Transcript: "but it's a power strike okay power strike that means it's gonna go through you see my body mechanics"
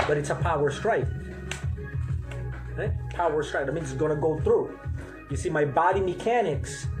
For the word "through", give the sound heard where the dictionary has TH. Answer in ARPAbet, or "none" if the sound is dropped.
TH